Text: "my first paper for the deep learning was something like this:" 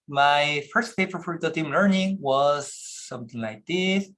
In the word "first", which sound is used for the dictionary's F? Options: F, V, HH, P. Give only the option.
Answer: F